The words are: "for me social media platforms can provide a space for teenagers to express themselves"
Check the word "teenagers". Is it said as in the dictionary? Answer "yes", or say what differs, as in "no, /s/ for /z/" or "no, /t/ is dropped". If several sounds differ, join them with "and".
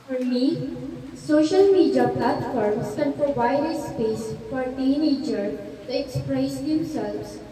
no, /z/ is dropped